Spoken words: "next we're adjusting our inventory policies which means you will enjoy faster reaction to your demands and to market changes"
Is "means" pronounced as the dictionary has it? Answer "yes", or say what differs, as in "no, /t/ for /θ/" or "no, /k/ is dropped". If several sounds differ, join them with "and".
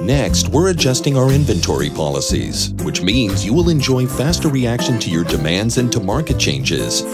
yes